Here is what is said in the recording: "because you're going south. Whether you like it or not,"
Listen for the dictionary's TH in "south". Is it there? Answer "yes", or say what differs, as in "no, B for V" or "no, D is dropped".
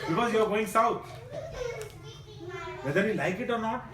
no, T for TH